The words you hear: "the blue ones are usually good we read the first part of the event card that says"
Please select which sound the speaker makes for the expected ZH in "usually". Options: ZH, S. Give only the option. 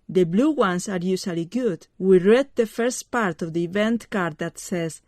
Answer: S